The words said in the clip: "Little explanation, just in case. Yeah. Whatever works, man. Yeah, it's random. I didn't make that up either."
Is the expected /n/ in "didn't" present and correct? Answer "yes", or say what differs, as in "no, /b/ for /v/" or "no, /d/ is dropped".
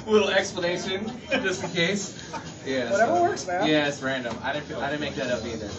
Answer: no, /l/ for /n/